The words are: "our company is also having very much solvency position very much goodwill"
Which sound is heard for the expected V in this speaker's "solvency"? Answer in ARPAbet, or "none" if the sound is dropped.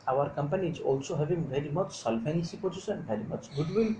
F